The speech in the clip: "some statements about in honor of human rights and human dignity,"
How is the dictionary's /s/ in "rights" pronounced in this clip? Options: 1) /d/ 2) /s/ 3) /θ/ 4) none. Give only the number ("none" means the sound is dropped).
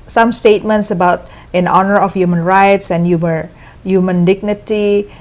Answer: 2